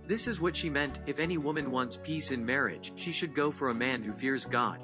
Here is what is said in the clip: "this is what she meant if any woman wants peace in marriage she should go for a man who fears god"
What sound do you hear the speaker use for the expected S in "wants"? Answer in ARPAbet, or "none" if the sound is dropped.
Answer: S